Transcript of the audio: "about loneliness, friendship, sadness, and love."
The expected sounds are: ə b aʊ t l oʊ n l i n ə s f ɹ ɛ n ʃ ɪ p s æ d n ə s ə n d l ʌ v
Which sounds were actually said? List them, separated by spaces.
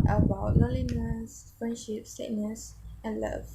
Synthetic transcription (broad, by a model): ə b aʊ t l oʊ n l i n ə s f ɹ ɛ n ʃ ɪ p s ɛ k n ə s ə n l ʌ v